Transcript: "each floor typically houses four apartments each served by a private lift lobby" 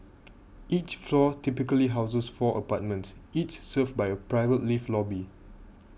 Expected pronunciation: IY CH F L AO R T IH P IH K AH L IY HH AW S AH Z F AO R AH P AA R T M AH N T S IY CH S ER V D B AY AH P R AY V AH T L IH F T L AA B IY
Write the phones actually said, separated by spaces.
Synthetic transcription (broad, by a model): IY CH F L AO T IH P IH K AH L IY HH AW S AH S F AO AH P AA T M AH N T S IY CH S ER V B AY AH P R AY V AH T L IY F L AA B IY